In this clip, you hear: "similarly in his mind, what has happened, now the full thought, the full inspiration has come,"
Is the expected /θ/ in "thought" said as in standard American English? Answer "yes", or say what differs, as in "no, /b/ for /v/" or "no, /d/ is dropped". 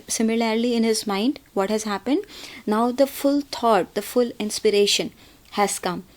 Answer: no, /t/ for /θ/